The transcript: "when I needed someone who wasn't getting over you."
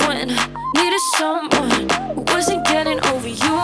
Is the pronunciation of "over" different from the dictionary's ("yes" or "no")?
no